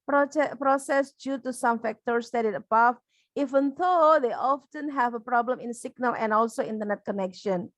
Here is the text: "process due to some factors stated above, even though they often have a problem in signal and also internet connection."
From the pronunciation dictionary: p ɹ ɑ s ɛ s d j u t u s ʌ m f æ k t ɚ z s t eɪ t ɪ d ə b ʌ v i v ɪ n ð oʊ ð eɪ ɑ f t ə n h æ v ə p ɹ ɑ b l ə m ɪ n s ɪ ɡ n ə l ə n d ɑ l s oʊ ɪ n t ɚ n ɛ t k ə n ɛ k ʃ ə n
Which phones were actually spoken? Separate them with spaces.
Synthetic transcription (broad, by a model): p ɹ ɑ s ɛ s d j u t u s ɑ m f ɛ k t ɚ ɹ s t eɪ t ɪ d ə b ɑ f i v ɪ n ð oʊ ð eɪ ɑ f t ə n h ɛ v ə p ɹ ɑ b l ə m ɪ n s ɪ ɡ n ə l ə n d ɑ l s oʊ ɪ n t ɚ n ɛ t k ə n ɛ k ʃ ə n